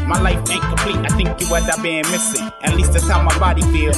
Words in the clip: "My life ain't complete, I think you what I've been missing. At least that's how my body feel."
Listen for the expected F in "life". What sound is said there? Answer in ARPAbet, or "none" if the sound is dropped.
F